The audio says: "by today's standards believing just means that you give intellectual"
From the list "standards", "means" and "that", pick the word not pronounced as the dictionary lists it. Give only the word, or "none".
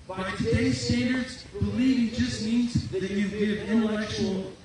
none